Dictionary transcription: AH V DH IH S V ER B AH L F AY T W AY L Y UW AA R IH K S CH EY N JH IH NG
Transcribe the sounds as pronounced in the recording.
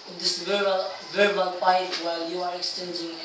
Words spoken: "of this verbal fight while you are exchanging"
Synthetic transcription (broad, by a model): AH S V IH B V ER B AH L P AY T W AY L Y UW AA R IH K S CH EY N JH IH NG